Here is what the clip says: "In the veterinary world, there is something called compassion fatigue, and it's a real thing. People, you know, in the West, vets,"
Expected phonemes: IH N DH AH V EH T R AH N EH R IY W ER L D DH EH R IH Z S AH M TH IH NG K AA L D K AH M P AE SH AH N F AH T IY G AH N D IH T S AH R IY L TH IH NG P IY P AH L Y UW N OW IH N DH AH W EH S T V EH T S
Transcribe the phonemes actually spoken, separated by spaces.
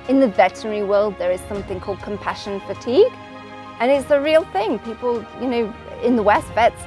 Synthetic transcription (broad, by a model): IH N DH AH V EH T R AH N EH R IY W ER L D DH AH R IH Z S AH M TH IH NG K AA L D K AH M P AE SH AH N F AH T IY G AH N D IH T S AH R IY L TH IH NG P IY P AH L Y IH N OW IH N DH AH W EH S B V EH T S